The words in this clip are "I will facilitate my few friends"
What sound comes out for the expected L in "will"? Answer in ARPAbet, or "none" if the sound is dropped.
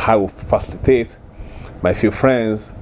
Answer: W